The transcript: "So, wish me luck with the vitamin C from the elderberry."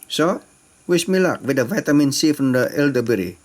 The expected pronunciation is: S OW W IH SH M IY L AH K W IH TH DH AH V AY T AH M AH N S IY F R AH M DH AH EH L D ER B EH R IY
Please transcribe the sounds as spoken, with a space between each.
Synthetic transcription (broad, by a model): S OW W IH S M IY L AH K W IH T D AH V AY T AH M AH N S IY F R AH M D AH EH L D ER B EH R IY